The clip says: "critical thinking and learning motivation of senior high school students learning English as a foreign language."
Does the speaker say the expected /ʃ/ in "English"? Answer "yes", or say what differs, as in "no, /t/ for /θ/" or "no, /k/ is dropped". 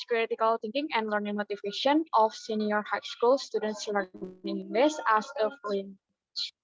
no, /s/ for /ʃ/